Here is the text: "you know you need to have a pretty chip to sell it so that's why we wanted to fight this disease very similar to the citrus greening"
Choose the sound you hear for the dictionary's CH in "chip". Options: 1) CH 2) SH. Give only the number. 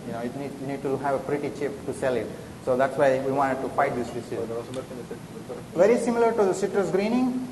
1